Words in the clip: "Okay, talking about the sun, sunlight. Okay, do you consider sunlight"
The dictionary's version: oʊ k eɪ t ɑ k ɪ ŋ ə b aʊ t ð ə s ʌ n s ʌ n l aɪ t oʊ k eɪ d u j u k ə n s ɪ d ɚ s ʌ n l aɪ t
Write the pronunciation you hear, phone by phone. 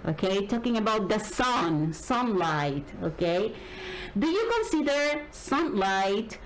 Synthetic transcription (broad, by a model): oʊ k eɪ t ɑ k ɪ ŋ ə b aʊ t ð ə s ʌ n s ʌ n l aɪ t oʊ k eɪ d u j u k ə n s ɪ d ɚ s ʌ n l aɪ t